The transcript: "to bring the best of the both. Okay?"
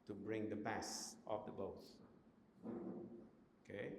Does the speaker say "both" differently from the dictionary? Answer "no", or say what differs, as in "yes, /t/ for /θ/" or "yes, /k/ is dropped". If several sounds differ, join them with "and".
yes, /s/ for /θ/